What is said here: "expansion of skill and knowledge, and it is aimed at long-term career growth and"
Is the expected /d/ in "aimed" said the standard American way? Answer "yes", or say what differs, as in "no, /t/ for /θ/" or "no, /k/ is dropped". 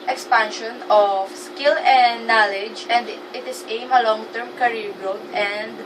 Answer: no, /d/ is dropped